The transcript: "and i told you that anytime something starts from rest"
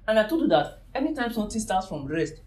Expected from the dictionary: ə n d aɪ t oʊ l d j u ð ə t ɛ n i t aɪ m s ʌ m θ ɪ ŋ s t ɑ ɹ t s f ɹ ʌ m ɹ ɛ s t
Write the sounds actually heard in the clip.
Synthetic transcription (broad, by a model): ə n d aɪ t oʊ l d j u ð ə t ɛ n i t aɪ m s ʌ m t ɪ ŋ s t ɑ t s f ɹ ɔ m ɹ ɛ s t